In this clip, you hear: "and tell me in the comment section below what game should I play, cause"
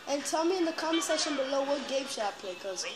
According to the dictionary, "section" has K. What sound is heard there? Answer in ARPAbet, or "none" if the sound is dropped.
none